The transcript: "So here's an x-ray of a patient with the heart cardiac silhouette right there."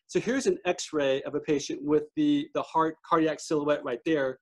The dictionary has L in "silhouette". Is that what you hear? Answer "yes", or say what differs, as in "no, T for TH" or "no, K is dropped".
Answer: yes